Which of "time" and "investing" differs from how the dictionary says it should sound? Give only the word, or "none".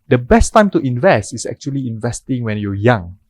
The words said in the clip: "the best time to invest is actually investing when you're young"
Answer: none